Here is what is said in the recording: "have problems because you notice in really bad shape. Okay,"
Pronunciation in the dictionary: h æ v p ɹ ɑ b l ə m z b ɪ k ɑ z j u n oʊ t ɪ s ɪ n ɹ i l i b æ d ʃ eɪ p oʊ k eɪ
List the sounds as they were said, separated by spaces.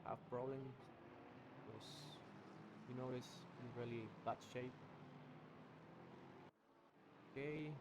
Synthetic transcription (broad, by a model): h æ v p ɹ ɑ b l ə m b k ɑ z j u n oʊ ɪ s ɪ ɹ i l i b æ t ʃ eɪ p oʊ k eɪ